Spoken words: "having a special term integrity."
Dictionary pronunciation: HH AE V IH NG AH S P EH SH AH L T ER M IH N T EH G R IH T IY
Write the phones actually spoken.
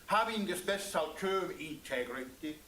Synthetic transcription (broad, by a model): HH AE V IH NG AH S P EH S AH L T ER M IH N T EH G R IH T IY